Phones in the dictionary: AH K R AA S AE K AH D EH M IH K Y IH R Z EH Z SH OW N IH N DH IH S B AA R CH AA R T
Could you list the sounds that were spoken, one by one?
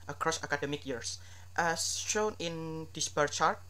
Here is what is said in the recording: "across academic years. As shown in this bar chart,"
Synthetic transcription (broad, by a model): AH K R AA S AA K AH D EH M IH K Y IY R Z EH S SH OW N IH N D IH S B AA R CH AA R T